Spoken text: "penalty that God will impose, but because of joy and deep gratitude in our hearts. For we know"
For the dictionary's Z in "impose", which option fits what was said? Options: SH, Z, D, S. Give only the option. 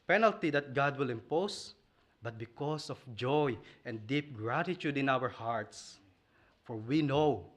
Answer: S